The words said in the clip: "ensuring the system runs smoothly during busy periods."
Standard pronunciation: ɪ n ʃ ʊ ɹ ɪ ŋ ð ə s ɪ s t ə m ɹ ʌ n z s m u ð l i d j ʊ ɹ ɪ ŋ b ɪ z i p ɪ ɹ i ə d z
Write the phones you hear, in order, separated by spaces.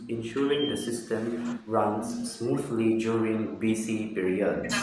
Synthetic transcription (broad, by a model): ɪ n ʃ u ɹ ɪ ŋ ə s ɪ s t ə m ɹ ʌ n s m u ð l i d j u ɹ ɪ ŋ b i s i p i ɹ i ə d